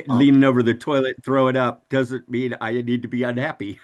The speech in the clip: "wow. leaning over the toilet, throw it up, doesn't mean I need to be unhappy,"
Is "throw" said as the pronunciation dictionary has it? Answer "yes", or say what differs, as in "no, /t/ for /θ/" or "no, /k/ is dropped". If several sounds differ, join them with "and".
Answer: yes